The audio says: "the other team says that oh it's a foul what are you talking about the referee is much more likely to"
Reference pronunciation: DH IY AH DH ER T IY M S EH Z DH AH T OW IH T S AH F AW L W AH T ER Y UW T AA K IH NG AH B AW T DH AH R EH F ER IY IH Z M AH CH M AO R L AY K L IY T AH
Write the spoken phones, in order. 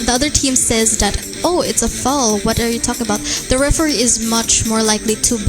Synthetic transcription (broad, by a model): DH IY AH DH ER T IY M S EH Z DH AH T OW IH T S AH F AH L W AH T ER Y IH T AA K IH NG AH B AW T DH AH R EH F ER IY IH Z M AH CH M AO R L AY K L IY T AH